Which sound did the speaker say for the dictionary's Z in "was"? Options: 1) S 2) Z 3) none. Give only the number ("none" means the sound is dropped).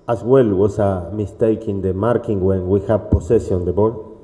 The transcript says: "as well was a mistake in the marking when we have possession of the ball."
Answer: 1